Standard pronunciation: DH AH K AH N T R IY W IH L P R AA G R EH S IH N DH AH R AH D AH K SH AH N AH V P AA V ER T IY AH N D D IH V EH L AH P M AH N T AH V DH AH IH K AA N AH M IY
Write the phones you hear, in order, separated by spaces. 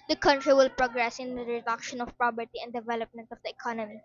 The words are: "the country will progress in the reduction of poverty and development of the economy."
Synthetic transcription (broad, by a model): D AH K AH N T R IY W IH L P R AA G R EH S IH N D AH R AH D AH K SH AH N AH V P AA B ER T IY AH N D D IH V EH L AH P M AH N T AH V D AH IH K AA N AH M IY